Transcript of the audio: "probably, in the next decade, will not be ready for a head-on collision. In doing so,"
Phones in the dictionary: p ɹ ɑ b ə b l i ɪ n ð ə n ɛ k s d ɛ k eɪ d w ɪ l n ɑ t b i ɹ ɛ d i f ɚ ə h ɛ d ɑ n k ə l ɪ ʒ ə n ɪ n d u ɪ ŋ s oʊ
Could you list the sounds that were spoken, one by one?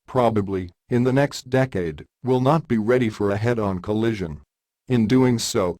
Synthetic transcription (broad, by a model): p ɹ ɑ b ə b l i ɪ n ð ə n ɛ k s d ɛ k eɪ d w ɪ l n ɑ t b i ɹ ɛ d i f ɚ ə h ɛ d n k ə l ɪ ʒ ə n ɪ n d u ɪ ŋ s oʊ